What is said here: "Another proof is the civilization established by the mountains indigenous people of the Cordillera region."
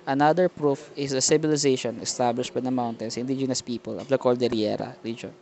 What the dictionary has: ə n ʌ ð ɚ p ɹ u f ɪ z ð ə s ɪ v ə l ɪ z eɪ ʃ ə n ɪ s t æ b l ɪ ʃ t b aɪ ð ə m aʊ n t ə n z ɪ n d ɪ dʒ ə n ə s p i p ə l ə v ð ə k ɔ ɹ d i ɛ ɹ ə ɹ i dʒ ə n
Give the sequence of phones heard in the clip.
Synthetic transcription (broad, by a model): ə n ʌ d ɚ p ɹ u f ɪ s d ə s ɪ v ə l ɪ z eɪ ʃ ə n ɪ s t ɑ b l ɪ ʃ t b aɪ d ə m aʊ n t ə n s ɪ n d ɪ dʒ ə n ə s p i p ə l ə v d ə k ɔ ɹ d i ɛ ɹ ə ɹ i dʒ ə n